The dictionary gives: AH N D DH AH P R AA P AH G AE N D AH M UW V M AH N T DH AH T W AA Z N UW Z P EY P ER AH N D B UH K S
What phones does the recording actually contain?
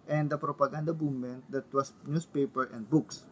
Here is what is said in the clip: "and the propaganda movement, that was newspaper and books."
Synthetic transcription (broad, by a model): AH N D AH P R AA P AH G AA N D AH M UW M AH N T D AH T W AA S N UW S P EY P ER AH N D B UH K S